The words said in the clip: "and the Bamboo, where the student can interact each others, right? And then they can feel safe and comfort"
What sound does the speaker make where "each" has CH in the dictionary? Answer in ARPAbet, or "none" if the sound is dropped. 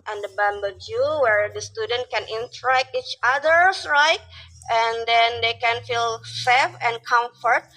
CH